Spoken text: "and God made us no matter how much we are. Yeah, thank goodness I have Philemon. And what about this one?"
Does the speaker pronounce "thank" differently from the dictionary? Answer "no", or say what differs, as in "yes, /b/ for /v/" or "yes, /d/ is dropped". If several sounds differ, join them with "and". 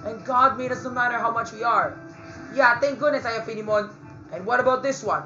yes, /t/ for /θ/